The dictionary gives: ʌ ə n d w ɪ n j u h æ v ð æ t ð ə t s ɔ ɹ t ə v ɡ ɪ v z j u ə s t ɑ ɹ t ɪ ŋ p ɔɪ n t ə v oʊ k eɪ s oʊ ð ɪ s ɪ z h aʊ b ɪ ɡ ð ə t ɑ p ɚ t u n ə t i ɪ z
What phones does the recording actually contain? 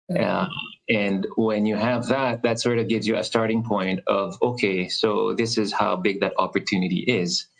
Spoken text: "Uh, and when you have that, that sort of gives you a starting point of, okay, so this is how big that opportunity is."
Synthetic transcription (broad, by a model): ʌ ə n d w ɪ n j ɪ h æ v ð æ t ð ə t s ɔ ɹ t ə v ɡ ɪ v z j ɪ ə s t ɑ ɹ t ɪ ŋ p ɔɪ n t ə v oʊ k eɪ s oʊ ð ɪ s ɪ z h aʊ b ɪ ɡ ð ə t ɑ p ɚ t u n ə t i ɪ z